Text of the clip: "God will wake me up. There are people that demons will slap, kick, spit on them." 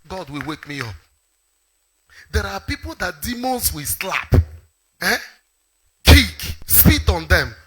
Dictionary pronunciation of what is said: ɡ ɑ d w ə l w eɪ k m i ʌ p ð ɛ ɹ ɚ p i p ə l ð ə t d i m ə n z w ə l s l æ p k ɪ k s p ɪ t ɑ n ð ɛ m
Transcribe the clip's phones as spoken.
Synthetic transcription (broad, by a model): ɡ ɑ d w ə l w eɪ k m i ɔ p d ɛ ɹ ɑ p i p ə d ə t d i m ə n s w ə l s l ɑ p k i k s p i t ɑ n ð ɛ m